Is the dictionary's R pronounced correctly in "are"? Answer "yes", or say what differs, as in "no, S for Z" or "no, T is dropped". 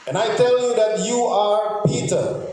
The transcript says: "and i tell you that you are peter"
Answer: yes